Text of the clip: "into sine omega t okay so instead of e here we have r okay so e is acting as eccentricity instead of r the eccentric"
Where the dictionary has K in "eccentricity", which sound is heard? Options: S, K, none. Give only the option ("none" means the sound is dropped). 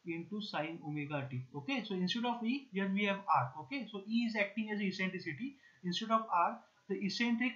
none